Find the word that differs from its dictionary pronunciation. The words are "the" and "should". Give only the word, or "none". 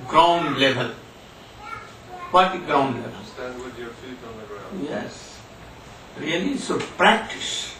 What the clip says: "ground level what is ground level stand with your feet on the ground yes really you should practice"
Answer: should